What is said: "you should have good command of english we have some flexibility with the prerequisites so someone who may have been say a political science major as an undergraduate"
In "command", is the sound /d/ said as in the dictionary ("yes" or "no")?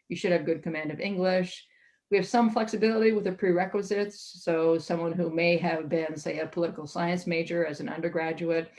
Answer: yes